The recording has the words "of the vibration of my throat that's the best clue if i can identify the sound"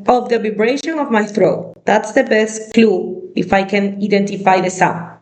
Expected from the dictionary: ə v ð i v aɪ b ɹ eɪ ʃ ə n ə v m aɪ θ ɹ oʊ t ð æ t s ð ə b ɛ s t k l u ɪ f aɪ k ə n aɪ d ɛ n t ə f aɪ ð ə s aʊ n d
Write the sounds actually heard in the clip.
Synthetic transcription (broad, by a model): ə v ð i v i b ɹ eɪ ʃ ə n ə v m aɪ θ ɹ oʊ t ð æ t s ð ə b ɛ s t k l u ɪ f aɪ k ə n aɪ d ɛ n t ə f aɪ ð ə s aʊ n